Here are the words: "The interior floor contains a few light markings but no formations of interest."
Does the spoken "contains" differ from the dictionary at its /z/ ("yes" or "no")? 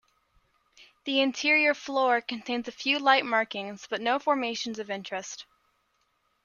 no